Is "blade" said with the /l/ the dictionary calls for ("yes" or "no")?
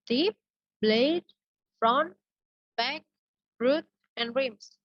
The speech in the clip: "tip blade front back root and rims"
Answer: yes